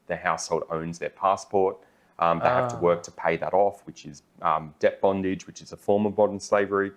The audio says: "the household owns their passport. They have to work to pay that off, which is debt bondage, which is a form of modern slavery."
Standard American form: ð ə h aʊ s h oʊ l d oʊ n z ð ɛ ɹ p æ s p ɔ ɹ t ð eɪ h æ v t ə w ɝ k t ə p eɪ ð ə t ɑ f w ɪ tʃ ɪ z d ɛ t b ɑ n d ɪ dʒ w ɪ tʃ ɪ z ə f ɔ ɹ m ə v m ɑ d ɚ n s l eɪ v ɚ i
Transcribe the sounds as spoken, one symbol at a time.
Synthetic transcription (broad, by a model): ð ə h aʊ s h oʊ l d oʊ n z ð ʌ ɹ p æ s p ɔ ɹ t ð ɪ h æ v t ə w ɝ k t ə p eɪ ð ə t ɑ f w ɪ tʃ ɪ z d ɛ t b ɑ n d ɪ dʒ w ɪ tʃ ɪ z ə f ɔ ɹ m ə v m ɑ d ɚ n s l eɪ v ɚ i